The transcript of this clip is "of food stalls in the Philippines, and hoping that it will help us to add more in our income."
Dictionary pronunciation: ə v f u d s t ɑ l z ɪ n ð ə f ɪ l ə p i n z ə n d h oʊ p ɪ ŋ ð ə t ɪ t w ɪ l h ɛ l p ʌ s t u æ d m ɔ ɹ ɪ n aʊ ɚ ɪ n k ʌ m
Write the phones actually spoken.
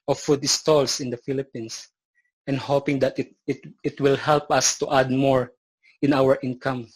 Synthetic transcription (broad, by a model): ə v f u d s t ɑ l s ɪ n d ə f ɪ l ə p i n s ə n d h oʊ p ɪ ŋ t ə t ɪ t w ɪ l h ɛ l p ʌ s t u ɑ d m ɔ ɹ ɪ n aʊ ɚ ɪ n k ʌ m